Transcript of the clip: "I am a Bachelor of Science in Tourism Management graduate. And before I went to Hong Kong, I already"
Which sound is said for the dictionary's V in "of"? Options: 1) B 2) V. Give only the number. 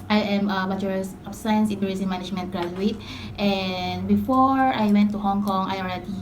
1